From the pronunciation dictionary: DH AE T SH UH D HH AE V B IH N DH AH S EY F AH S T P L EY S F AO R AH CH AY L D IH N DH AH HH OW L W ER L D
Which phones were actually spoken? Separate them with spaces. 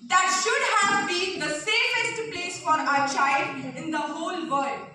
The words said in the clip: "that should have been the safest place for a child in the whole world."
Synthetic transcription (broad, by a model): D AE T SH UH D HH AE V B IH N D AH S EY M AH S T P L EY S F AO R AH CH AY L D IH N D AH HH OW L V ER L D